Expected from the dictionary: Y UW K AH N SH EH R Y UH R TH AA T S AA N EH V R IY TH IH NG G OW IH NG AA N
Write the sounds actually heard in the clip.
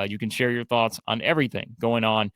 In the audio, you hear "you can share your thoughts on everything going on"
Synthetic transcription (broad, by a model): Y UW K AH N SH EH R Y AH R TH AA T S N EH V R IY TH IH NG G OW IH NG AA N